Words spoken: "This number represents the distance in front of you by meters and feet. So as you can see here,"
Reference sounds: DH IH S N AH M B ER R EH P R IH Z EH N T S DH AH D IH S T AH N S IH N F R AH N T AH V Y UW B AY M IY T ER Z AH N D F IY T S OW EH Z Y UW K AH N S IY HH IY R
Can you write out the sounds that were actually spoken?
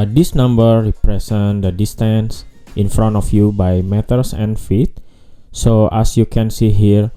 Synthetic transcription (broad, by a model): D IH S N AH M B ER R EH P R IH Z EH N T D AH D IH S T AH N S IH N F R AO N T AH F Y UW B AY M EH T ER S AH N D F IY T S OW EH S Y UW K AH N S IY HH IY R